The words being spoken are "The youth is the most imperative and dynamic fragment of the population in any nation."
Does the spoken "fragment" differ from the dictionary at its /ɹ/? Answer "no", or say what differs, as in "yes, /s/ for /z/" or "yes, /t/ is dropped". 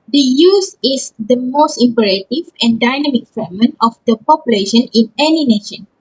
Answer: yes, /ɹ/ is dropped